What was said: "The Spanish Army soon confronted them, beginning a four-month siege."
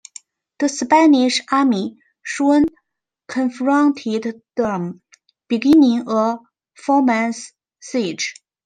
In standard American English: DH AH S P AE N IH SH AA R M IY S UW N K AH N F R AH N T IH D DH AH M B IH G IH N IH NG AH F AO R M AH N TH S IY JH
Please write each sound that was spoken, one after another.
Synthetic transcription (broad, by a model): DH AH S P AE N IH SH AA M IY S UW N K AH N F R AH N T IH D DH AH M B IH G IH N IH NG AH F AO M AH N S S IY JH